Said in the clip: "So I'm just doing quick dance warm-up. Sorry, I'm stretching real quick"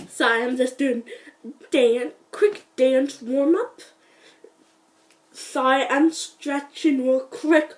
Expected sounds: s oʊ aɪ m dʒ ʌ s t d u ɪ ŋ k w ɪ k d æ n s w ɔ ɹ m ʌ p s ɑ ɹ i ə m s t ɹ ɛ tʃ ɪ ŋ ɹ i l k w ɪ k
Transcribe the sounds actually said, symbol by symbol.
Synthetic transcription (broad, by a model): s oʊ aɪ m dʒ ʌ s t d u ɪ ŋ k w ɪ k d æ n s w ɔ ɹ m ʌ p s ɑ i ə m s t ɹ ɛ tʃ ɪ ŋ w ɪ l k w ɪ k